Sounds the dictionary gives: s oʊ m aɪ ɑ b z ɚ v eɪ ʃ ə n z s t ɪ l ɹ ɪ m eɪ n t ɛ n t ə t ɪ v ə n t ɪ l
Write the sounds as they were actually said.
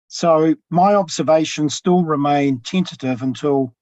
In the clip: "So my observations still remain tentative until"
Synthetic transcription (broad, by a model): s oʊ m aɪ ɑ b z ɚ v eɪ ʃ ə n s t ɪ l ɹ ɪ m eɪ n t ɛ n t ə t ɪ v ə n t ɪ l